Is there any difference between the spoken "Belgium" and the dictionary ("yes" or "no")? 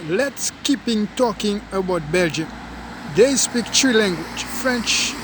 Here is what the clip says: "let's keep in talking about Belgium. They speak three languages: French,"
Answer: no